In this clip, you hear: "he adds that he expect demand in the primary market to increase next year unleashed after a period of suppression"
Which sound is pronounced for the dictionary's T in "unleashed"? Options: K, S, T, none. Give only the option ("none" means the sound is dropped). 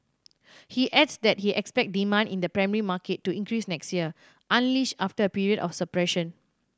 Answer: none